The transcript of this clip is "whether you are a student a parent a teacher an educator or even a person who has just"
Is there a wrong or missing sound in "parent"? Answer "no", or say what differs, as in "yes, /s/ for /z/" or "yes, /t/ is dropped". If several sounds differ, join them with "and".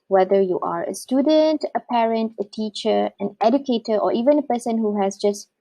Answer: no